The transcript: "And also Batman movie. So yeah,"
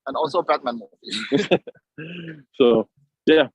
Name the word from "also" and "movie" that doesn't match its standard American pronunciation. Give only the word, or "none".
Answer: movie